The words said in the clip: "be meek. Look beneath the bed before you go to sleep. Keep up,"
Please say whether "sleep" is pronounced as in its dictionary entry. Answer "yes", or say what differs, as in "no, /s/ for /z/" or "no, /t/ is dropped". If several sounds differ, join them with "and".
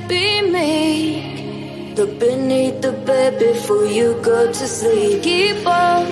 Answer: no, /l/ is dropped